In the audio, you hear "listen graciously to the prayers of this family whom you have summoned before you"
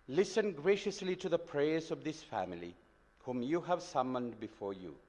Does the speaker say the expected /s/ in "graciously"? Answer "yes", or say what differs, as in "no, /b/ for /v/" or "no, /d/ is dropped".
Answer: yes